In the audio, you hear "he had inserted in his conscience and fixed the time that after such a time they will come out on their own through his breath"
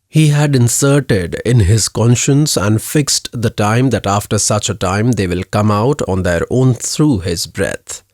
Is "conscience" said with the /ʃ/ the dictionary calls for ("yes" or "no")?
yes